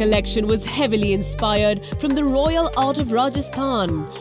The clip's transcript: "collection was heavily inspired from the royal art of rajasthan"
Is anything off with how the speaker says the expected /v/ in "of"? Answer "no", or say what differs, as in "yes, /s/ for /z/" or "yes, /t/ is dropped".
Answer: no